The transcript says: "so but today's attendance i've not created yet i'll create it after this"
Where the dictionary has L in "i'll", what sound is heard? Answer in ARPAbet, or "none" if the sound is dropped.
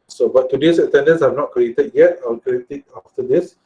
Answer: W